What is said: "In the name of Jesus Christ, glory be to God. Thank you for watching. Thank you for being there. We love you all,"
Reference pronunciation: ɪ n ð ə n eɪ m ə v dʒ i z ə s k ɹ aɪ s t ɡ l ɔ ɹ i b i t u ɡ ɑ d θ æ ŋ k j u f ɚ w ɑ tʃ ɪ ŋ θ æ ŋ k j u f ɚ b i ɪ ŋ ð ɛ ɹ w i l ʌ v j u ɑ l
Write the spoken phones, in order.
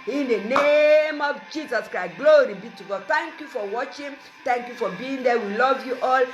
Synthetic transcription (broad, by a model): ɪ n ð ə n eɪ m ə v dʒ i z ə s k ɹ aɪ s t ɡ l ɔ ɹ i b i t u ɡ ɑ d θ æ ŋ k j u f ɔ w ɑ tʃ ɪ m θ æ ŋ k j u f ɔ b i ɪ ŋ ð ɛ w i l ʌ v j u ɑ l